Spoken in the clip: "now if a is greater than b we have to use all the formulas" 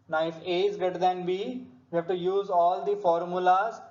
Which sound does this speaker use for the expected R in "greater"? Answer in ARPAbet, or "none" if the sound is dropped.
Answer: none